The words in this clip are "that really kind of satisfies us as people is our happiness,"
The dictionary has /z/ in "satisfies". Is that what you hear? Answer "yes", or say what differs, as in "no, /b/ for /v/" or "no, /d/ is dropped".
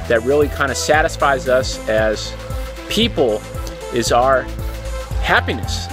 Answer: yes